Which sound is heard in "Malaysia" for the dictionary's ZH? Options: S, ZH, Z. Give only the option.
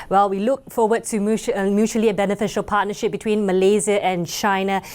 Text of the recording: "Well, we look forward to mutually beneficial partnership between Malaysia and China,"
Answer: Z